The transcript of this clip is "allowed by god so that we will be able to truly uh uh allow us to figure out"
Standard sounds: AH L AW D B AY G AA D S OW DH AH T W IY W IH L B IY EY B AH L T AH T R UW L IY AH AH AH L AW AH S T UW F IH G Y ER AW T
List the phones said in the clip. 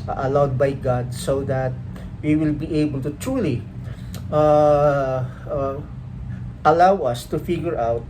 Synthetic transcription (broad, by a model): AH L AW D B AY G AA D S OW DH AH T W IY W IH L B IY EY B AH L T AH T R UW L IY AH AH AH L AW AH S T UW F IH G Y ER AW T